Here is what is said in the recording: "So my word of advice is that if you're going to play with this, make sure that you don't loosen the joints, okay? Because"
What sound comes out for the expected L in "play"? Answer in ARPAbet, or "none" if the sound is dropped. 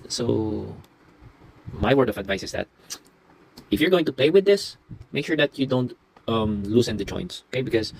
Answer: none